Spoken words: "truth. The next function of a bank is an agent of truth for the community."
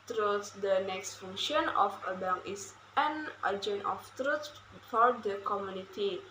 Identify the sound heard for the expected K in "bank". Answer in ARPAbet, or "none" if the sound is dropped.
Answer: none